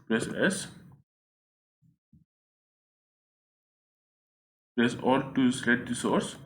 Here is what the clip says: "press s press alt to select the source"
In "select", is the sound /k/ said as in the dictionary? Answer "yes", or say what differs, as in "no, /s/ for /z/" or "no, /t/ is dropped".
no, /k/ is dropped